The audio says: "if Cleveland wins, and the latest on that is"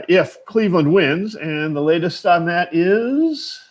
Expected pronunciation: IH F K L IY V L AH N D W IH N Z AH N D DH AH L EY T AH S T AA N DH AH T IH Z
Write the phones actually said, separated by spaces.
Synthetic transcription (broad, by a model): IH F K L IY V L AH N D W IH N Z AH N DH AH L EY T AH S T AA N DH AH T IH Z